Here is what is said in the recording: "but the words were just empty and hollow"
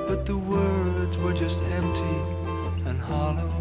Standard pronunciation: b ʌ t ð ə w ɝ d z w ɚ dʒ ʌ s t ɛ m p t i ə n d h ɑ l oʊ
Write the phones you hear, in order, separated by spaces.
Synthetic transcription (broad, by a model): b ʌ t ð ə w ɝ d z w ɚ dʒ ʌ s t ɛ m p t i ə n h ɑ l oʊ